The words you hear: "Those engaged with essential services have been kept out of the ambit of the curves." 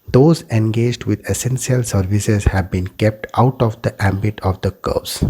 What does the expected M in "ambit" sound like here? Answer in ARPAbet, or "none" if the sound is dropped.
M